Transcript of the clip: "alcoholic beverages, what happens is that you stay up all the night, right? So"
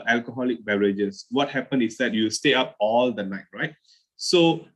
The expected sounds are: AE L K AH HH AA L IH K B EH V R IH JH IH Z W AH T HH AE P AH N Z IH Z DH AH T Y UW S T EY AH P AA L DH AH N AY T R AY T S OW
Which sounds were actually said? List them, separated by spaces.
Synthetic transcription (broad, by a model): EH L K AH HH AA L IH K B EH R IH JH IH S W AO T HH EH P AH N IH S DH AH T Y UW S T EY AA P AA L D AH N AY T R AY T S OW